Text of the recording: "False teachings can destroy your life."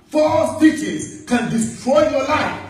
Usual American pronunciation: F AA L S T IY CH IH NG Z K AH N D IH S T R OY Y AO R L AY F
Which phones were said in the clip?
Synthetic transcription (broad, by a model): F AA S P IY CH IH Z K AH N D IH S T R OY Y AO L AY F